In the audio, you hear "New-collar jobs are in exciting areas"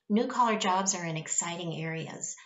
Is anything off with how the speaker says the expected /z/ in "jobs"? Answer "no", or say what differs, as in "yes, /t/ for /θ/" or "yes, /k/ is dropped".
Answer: no